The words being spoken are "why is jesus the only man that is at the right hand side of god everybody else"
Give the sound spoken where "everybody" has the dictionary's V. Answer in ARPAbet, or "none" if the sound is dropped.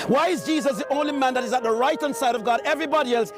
V